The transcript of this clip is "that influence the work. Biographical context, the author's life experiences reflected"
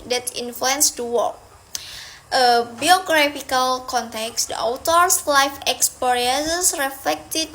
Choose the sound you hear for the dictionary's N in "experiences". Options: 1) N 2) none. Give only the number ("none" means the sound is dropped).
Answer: 2